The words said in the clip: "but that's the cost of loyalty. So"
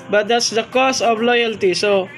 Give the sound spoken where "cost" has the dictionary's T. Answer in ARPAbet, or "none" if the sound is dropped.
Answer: none